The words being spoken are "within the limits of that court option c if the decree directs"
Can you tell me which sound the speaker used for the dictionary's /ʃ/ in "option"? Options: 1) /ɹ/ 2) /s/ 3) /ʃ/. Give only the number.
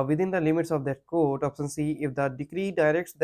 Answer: 2